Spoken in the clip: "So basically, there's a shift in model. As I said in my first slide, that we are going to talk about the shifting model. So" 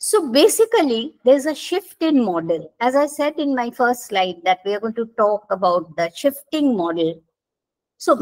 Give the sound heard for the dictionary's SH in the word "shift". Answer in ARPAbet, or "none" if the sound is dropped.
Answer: SH